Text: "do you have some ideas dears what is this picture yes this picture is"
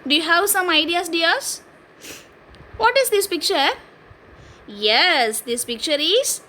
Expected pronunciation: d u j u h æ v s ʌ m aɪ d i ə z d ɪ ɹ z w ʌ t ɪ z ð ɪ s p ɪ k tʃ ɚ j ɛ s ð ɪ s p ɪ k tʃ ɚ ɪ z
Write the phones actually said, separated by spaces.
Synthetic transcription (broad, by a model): d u j u h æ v s ʌ m aɪ d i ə s d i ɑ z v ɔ t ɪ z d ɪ s p ɪ k tʃ ɚ j ɛ s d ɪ s p ɪ k tʃ ɚ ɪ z